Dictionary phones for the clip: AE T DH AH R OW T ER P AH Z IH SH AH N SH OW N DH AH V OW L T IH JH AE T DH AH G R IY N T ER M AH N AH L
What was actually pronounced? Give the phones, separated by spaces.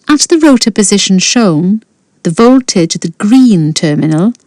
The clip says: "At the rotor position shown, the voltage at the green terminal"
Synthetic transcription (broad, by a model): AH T DH AH R OW T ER P AH Z IH SH AH N SH OW N DH AH V OW L T IH JH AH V DH AH G R IY N T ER M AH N AH L